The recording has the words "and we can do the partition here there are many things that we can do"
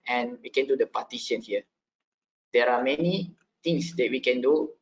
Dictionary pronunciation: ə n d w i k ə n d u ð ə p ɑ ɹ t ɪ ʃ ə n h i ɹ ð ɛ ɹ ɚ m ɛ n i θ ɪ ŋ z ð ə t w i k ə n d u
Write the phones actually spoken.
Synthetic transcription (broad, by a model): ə n w i k ə n d u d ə p ɑ t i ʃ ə n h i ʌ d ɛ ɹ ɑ m ɛ n i t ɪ ŋ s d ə t w i k ə n d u